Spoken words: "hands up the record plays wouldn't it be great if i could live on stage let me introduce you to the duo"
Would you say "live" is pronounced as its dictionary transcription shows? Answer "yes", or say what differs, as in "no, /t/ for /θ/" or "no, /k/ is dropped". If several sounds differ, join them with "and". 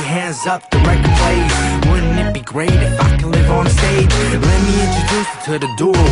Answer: yes